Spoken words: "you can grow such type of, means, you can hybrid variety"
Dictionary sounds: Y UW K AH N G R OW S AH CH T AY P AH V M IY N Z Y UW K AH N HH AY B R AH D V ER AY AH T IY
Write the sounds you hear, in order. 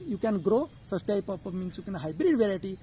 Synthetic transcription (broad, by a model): Y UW K AH N G R OW S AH S T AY P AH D M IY N S Y UW K AH N HH AY B R AH D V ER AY T IY